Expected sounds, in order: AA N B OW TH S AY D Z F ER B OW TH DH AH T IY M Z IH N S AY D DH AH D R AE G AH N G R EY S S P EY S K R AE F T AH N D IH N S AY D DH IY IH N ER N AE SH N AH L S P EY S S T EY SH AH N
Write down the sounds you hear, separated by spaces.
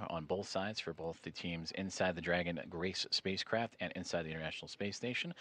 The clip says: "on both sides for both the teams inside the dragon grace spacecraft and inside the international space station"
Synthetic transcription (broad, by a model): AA N B OW TH S AY D Z F ER B OW TH DH AH T IY M Z IH N S AY D DH AH D R AE G AH N G R EY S S P EY S K R AE F T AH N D IH N S AY D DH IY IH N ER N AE SH N L S P EY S S T EY SH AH N